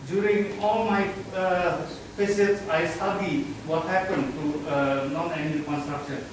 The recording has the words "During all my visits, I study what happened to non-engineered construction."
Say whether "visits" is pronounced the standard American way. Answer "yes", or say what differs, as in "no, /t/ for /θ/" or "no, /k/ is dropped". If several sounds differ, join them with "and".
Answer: no, /p/ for /v/ and /s/ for /z/